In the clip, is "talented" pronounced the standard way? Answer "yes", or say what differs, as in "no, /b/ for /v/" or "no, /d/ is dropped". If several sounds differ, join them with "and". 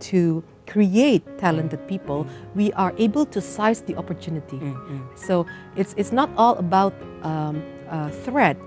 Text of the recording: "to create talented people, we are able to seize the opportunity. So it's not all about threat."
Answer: yes